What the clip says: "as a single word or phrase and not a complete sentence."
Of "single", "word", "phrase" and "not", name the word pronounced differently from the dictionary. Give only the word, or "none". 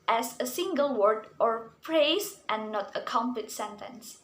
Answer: phrase